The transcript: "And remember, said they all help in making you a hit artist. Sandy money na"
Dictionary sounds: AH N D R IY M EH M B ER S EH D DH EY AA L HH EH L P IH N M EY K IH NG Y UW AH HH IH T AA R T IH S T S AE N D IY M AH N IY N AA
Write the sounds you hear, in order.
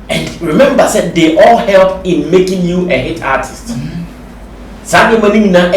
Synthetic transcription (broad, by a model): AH N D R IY M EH M B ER S EH D EY AA L HH EH L P IH N M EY K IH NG Y UW AH HH IH T AA T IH S T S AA D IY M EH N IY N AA